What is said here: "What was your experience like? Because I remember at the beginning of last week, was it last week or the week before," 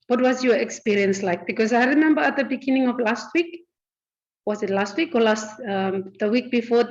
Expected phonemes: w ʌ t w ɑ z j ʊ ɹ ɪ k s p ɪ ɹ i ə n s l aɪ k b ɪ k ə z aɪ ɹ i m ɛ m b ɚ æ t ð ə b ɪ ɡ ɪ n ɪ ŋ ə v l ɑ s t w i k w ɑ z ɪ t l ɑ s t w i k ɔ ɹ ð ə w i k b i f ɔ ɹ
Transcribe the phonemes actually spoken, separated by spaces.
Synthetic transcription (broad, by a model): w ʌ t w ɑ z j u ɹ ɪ k s p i ɹ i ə n s l aɪ k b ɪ k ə s aɪ ɹ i m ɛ m b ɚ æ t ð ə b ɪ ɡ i n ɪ ŋ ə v l ɑ s t w i k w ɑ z ɪ t l ɑ s t w i k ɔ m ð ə w i k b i f ɔ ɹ